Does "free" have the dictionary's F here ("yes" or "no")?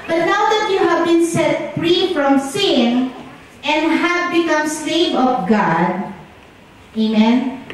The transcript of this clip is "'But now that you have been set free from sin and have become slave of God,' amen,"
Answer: yes